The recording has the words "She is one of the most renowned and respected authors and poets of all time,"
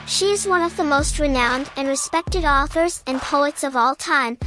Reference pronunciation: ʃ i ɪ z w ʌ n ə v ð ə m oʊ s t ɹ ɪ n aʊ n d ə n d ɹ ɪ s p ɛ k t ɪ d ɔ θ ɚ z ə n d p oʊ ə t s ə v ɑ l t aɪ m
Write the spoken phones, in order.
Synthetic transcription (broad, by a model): ʃ i ɪ z w ʌ n ə v ð ə m oʊ s t ɹ ɪ n aʊ n d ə n ɹ ɪ s p ɛ k t ɪ d ɔ θ ɚ z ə n p oʊ ə t s ə v ɑ l t aɪ m